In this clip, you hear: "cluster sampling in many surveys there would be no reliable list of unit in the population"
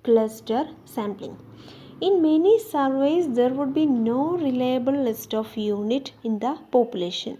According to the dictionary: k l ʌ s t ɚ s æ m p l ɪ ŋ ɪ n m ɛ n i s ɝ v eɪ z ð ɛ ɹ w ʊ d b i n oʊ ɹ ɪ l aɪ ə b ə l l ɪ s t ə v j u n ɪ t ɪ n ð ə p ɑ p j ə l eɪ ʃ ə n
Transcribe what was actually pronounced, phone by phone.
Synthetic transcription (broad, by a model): k l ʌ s t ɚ s æ m p l ɪ ŋ ɪ n m ɛ n i s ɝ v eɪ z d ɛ ɹ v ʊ d b i n oʊ ɹ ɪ l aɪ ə b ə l l ɪ s t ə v j u n ɪ t ɪ n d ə p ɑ p j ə l eɪ ʃ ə n